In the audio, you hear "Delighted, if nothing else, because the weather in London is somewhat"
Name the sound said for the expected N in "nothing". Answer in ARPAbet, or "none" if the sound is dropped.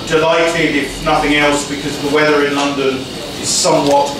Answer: N